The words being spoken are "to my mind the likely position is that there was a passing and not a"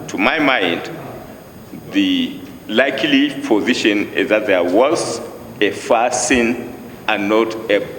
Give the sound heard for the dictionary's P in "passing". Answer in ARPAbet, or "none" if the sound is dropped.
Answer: F